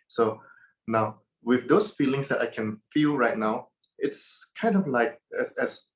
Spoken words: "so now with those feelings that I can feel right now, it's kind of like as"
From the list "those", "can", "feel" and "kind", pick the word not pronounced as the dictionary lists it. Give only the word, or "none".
those